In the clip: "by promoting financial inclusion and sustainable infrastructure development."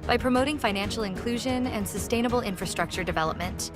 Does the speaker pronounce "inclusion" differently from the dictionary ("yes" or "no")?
no